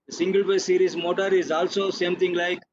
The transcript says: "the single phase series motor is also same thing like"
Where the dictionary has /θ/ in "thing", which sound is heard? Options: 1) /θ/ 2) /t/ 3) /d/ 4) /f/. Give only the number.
2